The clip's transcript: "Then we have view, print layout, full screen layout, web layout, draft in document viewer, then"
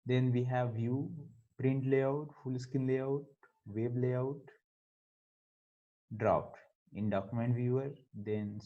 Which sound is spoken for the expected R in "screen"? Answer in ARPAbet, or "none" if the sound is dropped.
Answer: none